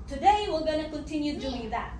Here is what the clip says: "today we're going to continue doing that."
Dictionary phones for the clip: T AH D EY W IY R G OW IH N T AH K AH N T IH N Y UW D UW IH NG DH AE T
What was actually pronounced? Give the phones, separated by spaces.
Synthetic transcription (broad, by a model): T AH D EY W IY L G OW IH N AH K AH N T IH N Y UW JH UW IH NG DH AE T